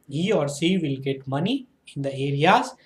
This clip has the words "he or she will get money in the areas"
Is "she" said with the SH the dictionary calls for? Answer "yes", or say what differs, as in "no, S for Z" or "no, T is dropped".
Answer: no, S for SH